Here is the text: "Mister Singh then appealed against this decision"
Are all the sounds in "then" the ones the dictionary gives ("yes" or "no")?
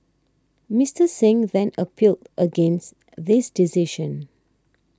yes